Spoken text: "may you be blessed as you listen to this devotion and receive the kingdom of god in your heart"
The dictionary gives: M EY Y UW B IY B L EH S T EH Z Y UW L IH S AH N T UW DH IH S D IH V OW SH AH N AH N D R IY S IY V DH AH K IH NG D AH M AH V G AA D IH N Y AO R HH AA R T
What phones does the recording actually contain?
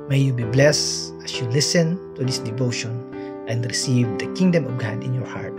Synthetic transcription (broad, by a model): M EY Y UW B IY B L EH S AA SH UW L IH S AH N T UW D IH S D IH V OW SH AH N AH N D R IY S IY V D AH K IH NG D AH M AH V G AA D IH N Y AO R HH AA R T